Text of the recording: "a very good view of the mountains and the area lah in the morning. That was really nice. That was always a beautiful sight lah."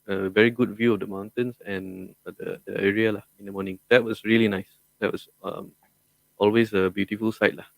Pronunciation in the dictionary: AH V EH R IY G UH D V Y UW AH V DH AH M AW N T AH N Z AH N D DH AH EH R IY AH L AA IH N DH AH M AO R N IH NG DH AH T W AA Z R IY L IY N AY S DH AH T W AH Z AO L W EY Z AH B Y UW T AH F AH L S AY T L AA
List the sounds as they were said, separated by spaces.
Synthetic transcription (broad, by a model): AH V EH R IY G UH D V Y UW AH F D AH M AW N T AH N S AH N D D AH EH R IY AH L AA IH N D AH M AO N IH NG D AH T W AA S R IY L IY N AY S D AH T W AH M AO L W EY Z AH B Y UW T AH F AH L S AY T L AA